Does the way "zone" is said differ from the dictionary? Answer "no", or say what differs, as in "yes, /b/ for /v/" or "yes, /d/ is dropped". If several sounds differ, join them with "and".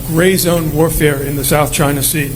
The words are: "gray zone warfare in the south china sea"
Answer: no